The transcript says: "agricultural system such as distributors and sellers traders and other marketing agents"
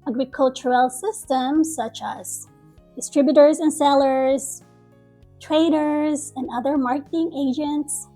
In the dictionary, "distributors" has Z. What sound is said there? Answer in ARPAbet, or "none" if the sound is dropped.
Z